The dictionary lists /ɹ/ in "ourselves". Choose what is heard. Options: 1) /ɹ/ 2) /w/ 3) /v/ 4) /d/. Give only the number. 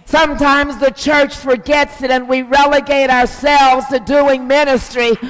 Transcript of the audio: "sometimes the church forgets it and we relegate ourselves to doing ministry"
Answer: 1